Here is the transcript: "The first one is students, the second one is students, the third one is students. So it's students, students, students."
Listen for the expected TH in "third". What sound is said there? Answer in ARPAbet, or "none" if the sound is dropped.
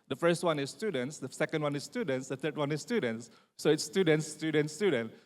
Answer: T